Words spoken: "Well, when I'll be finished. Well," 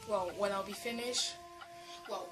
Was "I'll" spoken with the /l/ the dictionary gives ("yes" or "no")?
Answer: yes